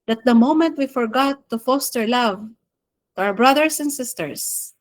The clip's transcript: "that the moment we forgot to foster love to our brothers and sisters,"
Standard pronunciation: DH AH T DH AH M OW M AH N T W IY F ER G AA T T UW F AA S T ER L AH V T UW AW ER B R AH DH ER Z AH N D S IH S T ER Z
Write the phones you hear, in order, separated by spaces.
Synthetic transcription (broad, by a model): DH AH T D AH M OW M AH N T W IY F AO G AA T T UW F AA S T ER L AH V T UW AW ER B R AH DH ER S AH N D S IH S T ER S